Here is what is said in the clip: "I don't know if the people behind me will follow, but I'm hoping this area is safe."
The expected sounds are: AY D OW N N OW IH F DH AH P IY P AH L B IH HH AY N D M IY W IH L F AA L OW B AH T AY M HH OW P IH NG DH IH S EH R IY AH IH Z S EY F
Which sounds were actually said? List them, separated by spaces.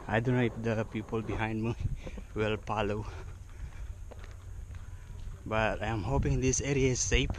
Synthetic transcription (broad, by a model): AY D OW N N OW IH F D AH P IY P AH L B IH HH AY N D M IY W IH L P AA L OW B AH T AY M HH OW P IH NG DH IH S EH R IY AH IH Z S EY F